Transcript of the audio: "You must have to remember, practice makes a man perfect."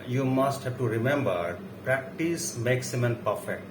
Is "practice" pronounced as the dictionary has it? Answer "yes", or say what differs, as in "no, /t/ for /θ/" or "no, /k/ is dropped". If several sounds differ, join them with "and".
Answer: yes